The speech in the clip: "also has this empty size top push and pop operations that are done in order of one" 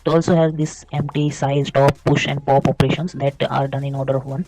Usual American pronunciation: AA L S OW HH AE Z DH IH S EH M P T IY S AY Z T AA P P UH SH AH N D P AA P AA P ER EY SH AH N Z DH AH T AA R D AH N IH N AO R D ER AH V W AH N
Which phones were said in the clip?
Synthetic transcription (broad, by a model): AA L S OW HH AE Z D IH S EH M P T IY S AY Z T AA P P UH SH AH N D P AA P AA P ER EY SH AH N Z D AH T AA R D AH N IH N AO R D ER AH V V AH N